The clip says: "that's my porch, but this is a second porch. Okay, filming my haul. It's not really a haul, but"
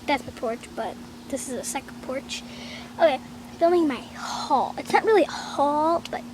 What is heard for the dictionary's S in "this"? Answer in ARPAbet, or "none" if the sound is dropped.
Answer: S